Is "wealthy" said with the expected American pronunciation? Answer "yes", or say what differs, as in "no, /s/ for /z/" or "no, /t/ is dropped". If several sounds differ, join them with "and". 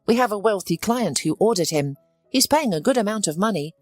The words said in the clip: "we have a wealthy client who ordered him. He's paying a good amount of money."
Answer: yes